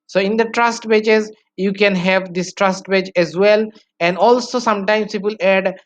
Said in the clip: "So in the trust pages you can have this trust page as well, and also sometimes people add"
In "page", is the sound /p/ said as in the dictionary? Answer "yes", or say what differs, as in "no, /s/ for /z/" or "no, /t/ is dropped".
no, /b/ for /p/